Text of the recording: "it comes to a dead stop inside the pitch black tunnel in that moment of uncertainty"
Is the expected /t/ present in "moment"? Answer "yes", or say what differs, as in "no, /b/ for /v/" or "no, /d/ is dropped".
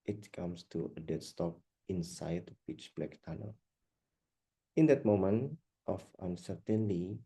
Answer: yes